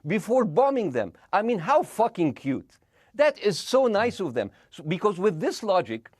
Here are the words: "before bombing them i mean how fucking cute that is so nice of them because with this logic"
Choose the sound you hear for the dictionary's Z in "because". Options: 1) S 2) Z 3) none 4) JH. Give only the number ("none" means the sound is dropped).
2